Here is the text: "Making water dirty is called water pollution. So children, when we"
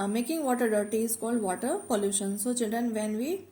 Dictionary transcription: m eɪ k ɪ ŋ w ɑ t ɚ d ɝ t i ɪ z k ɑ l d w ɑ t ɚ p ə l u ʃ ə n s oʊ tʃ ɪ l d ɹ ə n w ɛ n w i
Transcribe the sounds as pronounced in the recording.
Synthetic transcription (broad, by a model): m eɪ k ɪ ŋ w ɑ t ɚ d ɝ t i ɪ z k ɑ l d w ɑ t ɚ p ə l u ʃ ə n s oʊ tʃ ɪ d ə n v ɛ n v i